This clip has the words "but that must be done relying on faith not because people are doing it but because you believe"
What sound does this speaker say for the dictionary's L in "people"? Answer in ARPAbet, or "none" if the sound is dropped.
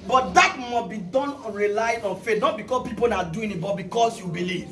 N